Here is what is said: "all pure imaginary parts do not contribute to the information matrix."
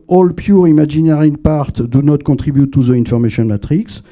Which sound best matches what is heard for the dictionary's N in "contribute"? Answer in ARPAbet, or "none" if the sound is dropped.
none